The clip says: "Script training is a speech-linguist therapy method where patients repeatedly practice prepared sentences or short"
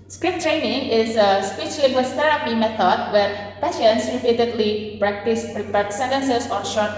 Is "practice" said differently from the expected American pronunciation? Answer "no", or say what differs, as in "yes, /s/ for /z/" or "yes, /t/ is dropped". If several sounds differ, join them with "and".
no